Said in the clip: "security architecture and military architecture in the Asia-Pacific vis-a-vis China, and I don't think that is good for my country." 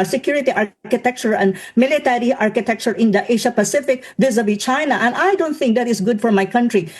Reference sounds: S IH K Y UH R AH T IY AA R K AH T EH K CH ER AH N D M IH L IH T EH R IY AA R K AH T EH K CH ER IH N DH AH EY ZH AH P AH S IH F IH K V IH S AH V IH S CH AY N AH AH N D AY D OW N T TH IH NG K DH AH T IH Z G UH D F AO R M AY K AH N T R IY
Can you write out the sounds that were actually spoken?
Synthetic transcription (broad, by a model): S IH K Y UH R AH T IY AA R K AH T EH K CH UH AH N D M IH L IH T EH R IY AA R K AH T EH K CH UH IH N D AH EY SH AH P AH S IH F IH K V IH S AH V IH CH AY N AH AH N D AY D OW N T TH IH NG K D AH T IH S G UH D F AO R M AY K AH N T R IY